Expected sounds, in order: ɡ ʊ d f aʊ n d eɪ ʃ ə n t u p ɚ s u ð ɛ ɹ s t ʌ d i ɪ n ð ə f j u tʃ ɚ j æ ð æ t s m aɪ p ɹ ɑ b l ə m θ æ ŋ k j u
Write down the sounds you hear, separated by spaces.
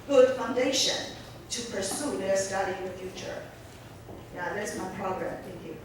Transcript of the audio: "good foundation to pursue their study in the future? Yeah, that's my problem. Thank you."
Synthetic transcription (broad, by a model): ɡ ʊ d f aʊ n d eɪ ʃ ə n t u p ɚ s u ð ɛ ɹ s t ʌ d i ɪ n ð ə f j u tʃ ɚ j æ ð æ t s m aɪ p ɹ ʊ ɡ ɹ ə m t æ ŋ k j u